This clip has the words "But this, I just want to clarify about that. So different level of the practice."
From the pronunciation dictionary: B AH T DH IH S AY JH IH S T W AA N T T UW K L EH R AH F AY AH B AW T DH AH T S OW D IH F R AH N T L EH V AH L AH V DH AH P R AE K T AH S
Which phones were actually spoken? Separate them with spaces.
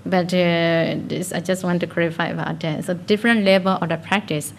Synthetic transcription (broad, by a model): B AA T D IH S AY JH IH S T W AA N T T UW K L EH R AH F AY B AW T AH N S OW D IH F R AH N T L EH B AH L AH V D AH P R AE K T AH S